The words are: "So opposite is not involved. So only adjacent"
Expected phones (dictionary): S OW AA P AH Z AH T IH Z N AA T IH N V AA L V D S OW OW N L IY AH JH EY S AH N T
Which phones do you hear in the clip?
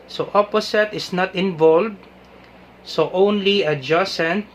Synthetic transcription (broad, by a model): S OW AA P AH S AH T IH S N AA T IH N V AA L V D S OW OW N L IY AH JH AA S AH N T